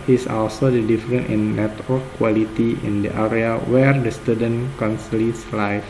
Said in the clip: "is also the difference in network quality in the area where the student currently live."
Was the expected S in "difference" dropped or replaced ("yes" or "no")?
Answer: yes